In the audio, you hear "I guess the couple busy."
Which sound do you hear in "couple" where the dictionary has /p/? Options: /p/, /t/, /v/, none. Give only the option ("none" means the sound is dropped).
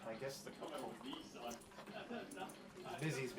none